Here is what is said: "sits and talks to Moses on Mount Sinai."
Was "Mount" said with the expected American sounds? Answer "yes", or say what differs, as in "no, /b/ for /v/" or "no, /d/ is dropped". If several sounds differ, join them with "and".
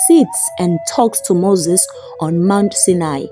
yes